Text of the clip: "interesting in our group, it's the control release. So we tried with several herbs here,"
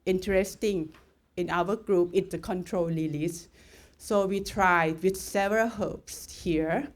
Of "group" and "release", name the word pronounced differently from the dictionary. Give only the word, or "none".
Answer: release